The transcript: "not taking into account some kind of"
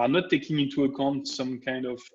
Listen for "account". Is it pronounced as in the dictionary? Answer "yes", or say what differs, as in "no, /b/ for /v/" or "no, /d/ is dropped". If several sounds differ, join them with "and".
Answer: yes